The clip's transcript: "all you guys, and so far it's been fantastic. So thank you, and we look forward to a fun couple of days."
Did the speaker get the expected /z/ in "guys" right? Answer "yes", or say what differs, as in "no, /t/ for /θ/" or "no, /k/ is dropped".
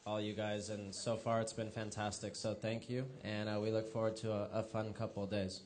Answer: yes